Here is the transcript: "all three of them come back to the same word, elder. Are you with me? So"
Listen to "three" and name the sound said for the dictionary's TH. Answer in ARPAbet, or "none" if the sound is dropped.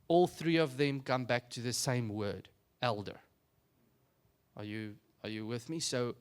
TH